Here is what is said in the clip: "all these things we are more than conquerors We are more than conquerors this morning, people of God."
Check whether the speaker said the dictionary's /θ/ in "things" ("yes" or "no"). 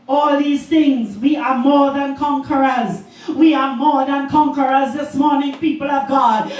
yes